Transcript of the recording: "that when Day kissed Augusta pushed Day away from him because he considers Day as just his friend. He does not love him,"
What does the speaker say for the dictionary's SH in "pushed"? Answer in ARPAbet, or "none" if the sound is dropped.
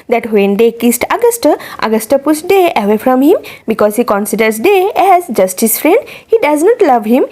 S